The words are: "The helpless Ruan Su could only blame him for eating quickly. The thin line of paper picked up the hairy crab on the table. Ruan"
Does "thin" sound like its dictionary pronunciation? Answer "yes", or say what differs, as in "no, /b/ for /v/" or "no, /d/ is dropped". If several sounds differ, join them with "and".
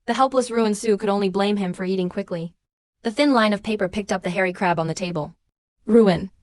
yes